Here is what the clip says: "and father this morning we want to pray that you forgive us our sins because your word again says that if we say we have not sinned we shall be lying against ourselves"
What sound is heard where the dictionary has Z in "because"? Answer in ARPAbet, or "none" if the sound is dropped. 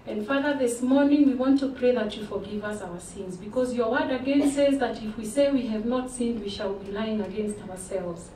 Z